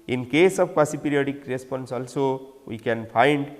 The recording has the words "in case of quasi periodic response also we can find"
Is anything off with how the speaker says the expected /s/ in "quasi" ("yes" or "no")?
no